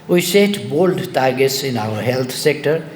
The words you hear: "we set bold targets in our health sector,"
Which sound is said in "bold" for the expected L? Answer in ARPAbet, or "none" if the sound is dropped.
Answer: L